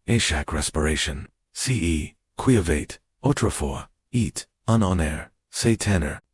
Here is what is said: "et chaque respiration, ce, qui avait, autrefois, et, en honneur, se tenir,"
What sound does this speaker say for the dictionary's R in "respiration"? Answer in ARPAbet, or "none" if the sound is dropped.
R